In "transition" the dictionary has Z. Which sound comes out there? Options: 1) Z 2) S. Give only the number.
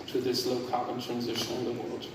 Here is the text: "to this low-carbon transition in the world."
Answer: 1